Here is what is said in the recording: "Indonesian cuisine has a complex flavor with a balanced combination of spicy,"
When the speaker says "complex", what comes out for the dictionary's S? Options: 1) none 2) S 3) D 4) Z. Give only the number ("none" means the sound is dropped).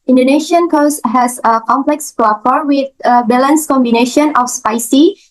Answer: 2